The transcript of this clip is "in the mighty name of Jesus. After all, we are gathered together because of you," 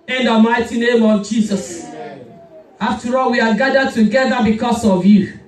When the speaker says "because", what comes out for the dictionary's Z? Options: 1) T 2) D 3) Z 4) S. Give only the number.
4